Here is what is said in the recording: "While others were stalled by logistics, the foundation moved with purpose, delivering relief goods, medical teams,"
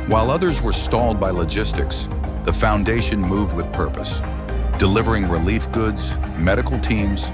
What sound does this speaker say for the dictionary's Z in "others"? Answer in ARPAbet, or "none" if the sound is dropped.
Z